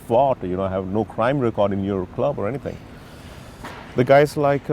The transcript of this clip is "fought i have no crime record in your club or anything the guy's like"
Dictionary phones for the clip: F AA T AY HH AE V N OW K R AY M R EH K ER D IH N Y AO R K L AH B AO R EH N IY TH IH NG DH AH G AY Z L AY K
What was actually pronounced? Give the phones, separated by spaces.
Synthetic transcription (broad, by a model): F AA T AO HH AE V N OW K R AY M R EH K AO D IH N Y AO R K L AH B AO R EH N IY T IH NG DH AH G AY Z L AY K